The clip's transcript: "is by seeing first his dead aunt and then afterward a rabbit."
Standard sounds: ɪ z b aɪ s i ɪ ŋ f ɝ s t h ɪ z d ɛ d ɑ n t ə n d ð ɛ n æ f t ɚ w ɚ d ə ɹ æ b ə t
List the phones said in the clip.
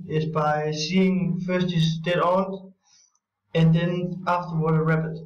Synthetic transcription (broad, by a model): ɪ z b aɪ s i ɪ ŋ f ɝ s t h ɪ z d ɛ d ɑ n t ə n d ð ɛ n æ f t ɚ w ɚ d ə ɹ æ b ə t